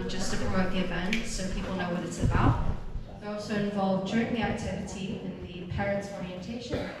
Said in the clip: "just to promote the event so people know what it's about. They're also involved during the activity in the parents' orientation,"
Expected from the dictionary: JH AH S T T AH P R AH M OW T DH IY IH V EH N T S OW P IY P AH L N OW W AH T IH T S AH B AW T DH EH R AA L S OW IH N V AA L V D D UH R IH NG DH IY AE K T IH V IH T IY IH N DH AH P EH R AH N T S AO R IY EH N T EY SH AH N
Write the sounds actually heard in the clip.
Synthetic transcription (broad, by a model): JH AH S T T AH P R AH OW DH IY IH V EH N T S OW P IY P AH L N OW W AH T IH T S AH B AW T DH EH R AA L S OW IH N V AA L V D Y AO R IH NG DH IY AE K T IH V IH T IY IH N DH AH P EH R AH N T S AO R IY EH N T EY SH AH N